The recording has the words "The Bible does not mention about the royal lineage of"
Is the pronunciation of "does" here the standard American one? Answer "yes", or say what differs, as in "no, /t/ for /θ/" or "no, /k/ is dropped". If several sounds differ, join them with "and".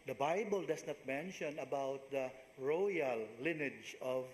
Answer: no, /s/ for /z/